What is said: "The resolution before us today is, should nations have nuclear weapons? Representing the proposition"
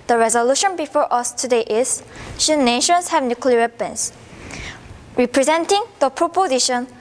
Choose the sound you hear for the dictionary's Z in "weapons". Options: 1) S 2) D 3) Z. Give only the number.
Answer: 1